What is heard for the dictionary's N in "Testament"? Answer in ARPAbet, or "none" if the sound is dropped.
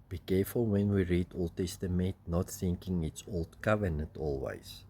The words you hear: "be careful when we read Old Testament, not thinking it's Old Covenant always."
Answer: none